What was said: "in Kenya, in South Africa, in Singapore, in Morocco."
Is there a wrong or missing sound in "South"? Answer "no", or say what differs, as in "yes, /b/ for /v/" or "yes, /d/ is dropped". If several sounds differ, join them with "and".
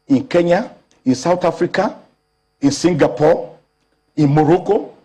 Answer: yes, /t/ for /θ/